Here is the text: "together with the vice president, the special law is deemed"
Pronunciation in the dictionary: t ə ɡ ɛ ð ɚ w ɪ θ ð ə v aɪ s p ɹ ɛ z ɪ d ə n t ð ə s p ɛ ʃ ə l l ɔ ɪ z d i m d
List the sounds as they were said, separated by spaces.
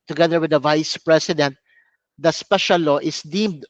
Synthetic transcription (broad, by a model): t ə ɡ ɛ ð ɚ w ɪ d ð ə v aɪ s p ɹ ɛ s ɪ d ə n t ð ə s p ɛ ʃ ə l l ɔ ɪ s d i m d